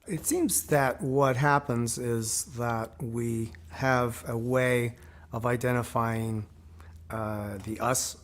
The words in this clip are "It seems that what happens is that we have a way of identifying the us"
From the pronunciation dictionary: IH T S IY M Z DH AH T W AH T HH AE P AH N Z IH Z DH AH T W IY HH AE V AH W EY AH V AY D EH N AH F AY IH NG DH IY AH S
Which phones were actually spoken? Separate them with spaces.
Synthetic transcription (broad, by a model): IH T S IY M Z DH AH T W AH T HH AE P AH N Z IH Z DH AH T W IY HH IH V AH W EY AH V AY D EH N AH F AY IH NG DH IY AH S